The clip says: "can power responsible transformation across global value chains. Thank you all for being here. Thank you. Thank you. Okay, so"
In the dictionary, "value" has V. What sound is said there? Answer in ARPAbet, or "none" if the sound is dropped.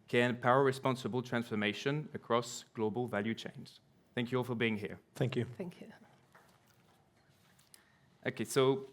V